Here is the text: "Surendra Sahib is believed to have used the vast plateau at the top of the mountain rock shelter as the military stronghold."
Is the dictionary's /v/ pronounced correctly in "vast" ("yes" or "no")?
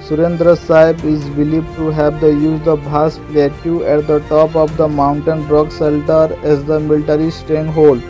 no